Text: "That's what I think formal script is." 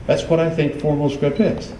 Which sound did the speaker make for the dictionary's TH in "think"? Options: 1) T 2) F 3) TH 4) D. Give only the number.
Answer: 3